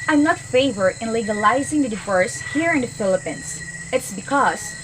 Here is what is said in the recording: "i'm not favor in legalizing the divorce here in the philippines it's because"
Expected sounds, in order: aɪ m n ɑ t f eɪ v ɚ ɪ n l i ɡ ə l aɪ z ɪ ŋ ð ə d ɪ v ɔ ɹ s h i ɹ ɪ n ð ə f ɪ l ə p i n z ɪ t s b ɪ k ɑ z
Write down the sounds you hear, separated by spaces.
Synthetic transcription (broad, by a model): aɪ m n ɑ t f eɪ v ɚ ɪ n l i ɡ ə l aɪ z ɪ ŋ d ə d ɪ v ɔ ɹ s h i ɹ ɪ n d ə f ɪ l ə p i n s ɪ t s b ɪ k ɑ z